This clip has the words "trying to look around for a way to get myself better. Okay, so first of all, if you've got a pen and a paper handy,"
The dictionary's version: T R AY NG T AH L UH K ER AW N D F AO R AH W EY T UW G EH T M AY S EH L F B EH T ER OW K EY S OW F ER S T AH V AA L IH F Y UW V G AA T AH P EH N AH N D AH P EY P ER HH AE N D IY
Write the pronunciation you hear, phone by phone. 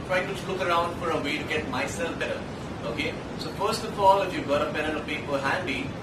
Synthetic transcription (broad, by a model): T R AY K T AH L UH K ER AW N D F AO R AH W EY T UW G EH T M AY S EH L F B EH T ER OW K EY S OW F ER S T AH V AA L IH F Y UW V G AA T AH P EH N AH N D AH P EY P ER HH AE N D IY